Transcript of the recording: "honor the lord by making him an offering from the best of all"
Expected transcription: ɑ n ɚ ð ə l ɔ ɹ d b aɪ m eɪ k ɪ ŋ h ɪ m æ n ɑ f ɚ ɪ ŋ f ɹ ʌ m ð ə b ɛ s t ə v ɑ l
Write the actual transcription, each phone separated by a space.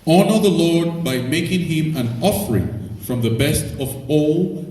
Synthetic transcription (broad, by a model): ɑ n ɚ ð ə l ɔ ɹ d b aɪ m eɪ k ɪ ŋ h ɪ m æ n ɑ f ɚ ɪ ŋ f ɹ ʌ m ð ə b ɛ s t ə v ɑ l